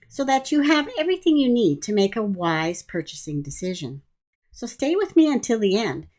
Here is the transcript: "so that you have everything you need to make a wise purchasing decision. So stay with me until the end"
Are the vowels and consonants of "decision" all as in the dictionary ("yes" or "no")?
yes